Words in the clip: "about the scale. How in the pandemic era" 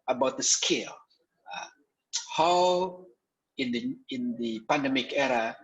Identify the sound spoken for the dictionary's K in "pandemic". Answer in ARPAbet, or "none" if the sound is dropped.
K